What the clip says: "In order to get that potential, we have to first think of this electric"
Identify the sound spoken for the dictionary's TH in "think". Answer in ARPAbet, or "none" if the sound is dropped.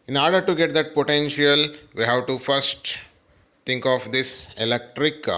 T